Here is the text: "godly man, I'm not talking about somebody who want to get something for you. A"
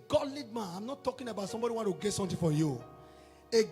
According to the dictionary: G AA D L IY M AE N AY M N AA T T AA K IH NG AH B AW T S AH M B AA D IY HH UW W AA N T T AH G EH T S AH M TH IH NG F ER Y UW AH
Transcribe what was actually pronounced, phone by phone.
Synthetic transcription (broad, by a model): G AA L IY M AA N AY M N AA T T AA K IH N AH B AW T S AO M B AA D IY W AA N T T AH G EH T S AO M T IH F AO Y UW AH